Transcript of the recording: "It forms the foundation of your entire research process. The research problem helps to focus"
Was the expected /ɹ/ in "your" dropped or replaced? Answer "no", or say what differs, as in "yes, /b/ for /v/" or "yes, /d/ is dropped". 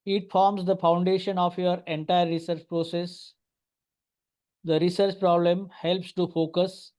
no